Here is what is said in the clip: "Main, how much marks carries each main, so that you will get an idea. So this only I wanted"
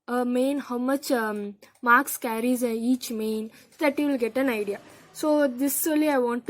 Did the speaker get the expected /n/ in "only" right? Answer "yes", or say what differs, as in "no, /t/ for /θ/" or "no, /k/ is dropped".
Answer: no, /n/ is dropped